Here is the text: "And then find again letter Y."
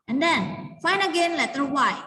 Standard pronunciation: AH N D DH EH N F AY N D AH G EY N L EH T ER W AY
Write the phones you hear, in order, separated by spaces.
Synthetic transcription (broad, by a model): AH N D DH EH N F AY N AH G EY N L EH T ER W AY